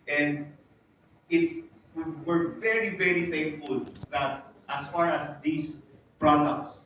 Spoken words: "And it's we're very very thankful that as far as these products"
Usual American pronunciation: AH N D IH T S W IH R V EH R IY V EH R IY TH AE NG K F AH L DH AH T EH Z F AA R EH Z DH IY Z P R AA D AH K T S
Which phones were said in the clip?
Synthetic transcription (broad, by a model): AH N D IH T S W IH R V EH R IY V EH R IY F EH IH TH F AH L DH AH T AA S F AA R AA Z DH IY S P R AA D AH K T S